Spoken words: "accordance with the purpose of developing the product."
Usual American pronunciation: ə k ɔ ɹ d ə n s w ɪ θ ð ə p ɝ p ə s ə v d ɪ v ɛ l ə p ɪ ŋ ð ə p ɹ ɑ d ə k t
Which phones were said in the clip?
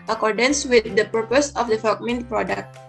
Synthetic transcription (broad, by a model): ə k ɔ ɹ d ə n s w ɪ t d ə p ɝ p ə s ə f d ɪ f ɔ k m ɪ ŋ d p ɹ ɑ d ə k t